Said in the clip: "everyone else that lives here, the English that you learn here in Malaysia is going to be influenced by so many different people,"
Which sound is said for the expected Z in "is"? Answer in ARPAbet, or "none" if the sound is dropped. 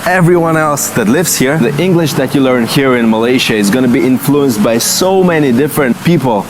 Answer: Z